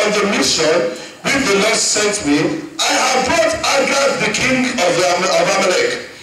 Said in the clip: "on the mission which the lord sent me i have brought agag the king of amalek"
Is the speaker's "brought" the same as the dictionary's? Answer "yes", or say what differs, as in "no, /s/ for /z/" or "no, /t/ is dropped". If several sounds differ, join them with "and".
no, /ɹ/ is dropped